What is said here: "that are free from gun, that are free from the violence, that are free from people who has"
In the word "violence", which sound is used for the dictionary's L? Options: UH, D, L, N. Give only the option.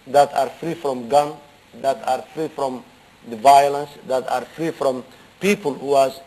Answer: L